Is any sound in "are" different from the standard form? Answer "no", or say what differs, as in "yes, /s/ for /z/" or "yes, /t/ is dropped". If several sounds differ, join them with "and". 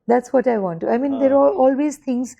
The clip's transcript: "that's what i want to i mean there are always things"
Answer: yes, /l/ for /ɹ/